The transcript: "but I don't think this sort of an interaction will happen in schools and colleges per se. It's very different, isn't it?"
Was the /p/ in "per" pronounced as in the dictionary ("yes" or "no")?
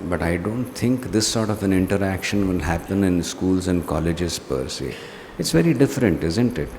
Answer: yes